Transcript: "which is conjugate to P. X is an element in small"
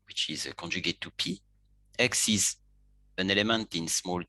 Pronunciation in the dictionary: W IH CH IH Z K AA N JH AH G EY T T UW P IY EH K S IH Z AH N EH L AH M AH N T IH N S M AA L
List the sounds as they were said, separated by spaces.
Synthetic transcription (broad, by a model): W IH CH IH Z K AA N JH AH G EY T T UW P IY EH K S IH Z AH N EH L AH M AH N T IH N S M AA L